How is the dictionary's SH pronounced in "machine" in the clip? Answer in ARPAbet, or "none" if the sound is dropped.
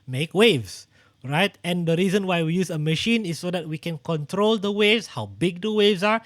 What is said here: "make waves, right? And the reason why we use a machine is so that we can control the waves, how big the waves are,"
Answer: SH